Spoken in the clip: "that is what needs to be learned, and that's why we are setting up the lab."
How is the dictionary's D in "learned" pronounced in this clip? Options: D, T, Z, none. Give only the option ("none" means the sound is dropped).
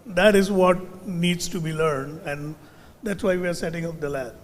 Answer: D